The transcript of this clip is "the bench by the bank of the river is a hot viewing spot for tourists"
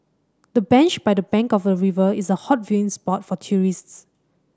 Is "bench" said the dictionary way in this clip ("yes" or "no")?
yes